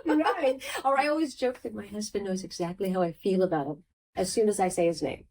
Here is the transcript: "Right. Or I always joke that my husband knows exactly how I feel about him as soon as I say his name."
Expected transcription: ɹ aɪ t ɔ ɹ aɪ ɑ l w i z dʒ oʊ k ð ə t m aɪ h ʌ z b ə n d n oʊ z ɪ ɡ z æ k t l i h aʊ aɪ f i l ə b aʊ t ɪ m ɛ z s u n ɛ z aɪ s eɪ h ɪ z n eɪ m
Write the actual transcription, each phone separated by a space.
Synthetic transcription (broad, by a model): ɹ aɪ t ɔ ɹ aɪ ɑ l w i z dʒ oʊ k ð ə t m aɪ h ʌ z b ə n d n oʊ z ɪ ɡ z æ k t l i h aʊ aɪ f i l ə b aʊ t ɪ m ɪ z s u n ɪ z aɪ s eɪ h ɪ z n eɪ m